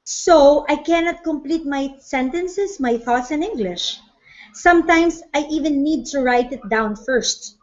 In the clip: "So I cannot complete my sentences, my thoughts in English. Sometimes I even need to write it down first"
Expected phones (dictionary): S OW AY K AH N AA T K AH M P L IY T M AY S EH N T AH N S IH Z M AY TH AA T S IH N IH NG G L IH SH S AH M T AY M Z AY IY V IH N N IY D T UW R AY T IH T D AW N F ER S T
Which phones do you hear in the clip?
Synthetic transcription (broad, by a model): S OW AY K AH N AA T K AH M P L IY T M AY S EH N T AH N S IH S M AY TH AA T S IH N IH NG G L IH SH S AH M T AY M S AY IY V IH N N IY D T UW R AY T IH T D AW N F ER S T